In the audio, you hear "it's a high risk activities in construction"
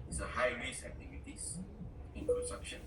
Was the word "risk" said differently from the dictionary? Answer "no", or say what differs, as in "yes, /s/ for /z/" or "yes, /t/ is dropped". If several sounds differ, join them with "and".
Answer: yes, /k/ is dropped